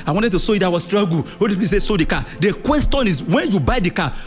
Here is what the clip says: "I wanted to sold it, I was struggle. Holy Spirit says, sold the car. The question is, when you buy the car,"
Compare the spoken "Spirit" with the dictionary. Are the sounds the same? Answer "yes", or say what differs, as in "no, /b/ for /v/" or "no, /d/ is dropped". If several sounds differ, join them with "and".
no, /ɹ/ is dropped